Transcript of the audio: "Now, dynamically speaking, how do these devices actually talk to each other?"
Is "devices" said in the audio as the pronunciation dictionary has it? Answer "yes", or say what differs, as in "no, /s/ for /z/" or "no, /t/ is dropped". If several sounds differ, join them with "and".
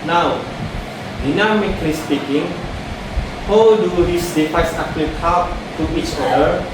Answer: no, /f/ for /v/